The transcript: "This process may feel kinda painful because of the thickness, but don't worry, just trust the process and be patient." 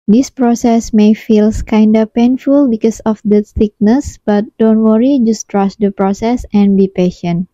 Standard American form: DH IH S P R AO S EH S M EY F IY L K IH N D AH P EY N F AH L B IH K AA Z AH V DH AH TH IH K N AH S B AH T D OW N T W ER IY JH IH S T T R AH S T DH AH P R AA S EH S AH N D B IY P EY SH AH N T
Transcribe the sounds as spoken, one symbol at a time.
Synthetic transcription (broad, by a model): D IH S P R AO S EH S M EY F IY L K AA N D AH P EY N F AH L B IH K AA S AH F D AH S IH K N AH S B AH T D OW N T W ER IY JH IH S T T R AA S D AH P R AA S EH S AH N B IY P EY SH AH N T